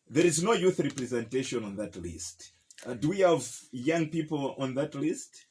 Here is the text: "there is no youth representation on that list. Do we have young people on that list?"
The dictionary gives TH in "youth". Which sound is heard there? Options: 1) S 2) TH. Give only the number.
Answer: 2